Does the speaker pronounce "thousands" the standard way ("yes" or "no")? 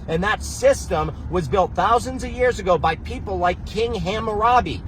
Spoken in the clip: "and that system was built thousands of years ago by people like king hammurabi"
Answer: yes